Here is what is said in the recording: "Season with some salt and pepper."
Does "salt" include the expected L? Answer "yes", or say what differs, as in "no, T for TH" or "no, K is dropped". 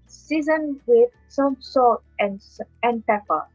no, L is dropped